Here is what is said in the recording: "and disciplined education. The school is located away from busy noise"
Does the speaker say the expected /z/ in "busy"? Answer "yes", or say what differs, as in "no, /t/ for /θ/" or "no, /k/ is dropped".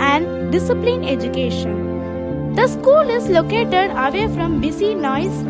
no, /s/ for /z/